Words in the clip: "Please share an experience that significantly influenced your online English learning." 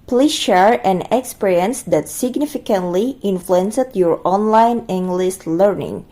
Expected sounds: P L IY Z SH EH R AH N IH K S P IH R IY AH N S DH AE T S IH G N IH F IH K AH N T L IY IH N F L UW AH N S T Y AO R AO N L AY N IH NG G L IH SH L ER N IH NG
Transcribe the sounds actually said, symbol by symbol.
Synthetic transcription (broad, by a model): P L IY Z SH EH R AH N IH K S P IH R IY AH N S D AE T S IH G N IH F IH K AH N T L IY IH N F L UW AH N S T Y AO R AO N L AY N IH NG G L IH S L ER N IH NG